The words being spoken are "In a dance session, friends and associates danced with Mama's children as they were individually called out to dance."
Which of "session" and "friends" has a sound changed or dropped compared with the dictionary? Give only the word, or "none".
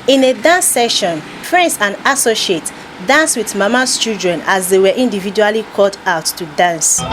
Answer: friends